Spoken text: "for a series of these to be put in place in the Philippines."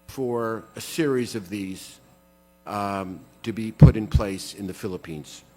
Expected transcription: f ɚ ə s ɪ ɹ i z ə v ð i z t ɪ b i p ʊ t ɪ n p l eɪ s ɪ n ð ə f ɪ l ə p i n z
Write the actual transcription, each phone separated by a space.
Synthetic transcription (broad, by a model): f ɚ ə s ɪ ɹ i z ə v ð i z t ɪ b i p ʊ t ɪ n p l eɪ s ɪ n ð ə f ɪ l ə p i n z